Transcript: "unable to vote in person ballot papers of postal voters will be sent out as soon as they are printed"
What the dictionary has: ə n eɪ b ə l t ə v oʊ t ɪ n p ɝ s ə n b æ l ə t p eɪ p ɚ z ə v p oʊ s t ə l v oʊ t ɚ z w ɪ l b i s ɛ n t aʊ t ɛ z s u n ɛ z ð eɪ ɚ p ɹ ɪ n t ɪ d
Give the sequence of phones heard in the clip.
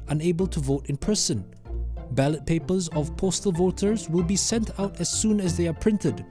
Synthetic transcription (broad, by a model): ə n eɪ b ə l t ə v oʊ t ɪ n p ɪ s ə n b æ l ə t p eɪ p ɚ z ə v p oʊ s t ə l v oʊ t ɚ z w ɪ l b i s ɛ n t aʊ t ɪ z s u n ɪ z ð eɪ ɚ p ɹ ɪ n t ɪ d